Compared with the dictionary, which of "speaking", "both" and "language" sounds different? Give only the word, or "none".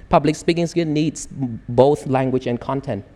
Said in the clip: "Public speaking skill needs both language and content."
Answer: none